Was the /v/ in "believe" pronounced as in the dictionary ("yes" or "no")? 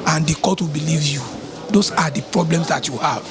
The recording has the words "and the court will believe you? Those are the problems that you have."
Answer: yes